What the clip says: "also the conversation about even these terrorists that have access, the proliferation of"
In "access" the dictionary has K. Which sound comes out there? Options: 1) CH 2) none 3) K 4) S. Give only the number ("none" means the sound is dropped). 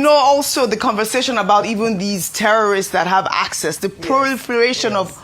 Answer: 3